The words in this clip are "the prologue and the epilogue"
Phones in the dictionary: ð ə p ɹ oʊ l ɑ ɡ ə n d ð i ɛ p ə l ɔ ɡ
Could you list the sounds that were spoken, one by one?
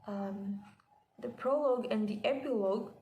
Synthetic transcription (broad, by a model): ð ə p ɹ oʊ l ɑ ɡ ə n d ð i ɛ p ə l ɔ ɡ